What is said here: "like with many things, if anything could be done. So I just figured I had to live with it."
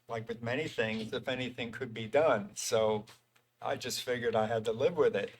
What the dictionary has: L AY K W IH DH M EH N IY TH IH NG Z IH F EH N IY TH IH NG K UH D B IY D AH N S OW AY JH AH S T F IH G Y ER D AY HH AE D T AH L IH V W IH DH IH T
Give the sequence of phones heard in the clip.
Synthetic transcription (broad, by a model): L AY K W IH DH M EH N IY TH IH NG Z IH F EH N IY TH IH NG K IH D B IY D AH N S OW AY JH AH S T F IH G Y ER D AY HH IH D T AH L IH V W IH DH IH T